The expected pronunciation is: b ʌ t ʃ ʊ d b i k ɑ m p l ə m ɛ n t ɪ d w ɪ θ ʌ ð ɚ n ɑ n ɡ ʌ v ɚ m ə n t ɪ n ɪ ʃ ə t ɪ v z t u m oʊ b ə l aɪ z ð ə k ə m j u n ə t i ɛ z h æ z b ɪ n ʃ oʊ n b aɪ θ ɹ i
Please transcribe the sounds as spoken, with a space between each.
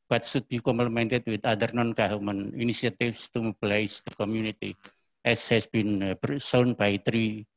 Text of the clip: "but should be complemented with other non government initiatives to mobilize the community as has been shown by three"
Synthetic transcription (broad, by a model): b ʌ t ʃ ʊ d b i k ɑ m p l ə m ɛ n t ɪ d w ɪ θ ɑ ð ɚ n ɑ n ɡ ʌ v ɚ m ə n ɪ n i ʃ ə t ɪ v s t u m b l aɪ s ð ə k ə m j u n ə t i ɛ s h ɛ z b ɪ n s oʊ n b aɪ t ɹ i